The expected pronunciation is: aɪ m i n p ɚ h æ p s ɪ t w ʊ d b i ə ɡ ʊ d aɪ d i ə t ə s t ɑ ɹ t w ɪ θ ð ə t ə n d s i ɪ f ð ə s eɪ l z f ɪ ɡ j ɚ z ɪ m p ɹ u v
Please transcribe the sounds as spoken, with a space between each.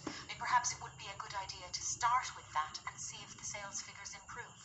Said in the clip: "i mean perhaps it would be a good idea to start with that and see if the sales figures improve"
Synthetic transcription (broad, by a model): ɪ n p ɚ h æ p s ɪ t w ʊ d b i ə ɡ ʊ d aɪ d i ə t ə s t ɑ ɹ t w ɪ ð ə t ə n s i ɪ f ð ə s eɪ l z f ɪ ɡ j ɚ z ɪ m p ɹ u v